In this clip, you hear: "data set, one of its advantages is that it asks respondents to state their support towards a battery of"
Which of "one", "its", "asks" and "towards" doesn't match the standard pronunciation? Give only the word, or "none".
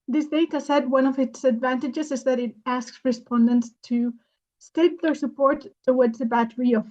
towards